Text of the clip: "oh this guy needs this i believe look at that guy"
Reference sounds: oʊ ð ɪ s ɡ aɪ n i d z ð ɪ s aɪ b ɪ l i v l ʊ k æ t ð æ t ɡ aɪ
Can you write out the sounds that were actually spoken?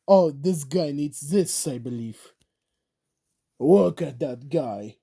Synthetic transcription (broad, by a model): oʊ ð ɪ s ɡ aɪ n i d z ð ɪ s aɪ b ɪ l i v w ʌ k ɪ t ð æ t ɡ aɪ